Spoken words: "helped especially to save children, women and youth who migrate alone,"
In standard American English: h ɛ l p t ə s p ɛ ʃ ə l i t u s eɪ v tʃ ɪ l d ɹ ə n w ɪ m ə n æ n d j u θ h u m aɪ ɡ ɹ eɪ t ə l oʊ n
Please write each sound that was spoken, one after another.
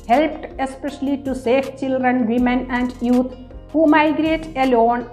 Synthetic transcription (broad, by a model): h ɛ l p t ə s p ɛ ʃ ə l i t u s eɪ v tʃ ɪ l d ɹ ə n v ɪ m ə n æ n d j u t h u m aɪ ɡ ɹ eɪ t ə l oʊ n